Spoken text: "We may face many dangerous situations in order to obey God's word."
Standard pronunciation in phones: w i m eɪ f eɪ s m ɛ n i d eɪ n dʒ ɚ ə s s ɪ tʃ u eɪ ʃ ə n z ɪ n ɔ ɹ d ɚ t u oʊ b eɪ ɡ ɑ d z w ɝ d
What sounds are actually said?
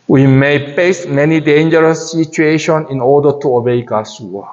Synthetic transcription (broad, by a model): w i m eɪ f eɪ s m ɛ n i d eɪ n dʒ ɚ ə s s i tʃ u eɪ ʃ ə n ɪ n ɔ d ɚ t u oʊ b eɪ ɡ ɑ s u